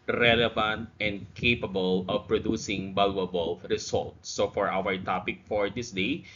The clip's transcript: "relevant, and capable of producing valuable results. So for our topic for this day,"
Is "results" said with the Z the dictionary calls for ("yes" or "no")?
no